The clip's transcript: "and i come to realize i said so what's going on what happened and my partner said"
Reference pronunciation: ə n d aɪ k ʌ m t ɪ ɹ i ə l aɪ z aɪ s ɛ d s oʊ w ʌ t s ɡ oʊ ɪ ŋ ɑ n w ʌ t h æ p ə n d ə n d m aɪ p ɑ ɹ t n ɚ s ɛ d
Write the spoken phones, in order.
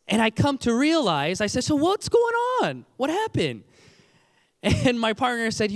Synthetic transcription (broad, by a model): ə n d aɪ k ʌ m t ɪ ɹ i ə l aɪ z aɪ s ɛ d s oʊ w ʌ t s ɡ oʊ ɪ ŋ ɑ n w ʌ t h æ p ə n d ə n m aɪ p ɑ ɹ t n ɚ s ɛ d